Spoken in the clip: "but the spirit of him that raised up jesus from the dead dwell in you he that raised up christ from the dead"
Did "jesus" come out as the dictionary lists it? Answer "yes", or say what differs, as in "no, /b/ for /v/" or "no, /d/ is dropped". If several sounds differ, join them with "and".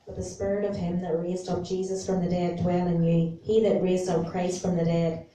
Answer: yes